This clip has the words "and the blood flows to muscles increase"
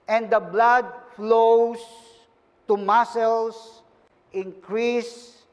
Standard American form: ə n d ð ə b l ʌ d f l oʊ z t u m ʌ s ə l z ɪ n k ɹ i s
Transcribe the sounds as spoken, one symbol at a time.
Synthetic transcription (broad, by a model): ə n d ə b l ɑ d f l oʊ s t u m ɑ s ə l s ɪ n k ɹ i s